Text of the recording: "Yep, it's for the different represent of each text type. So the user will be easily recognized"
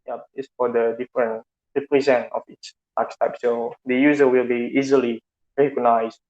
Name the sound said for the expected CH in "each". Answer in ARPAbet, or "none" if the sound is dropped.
S